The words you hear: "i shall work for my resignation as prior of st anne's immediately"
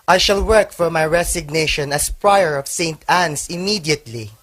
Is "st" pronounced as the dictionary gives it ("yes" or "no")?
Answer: yes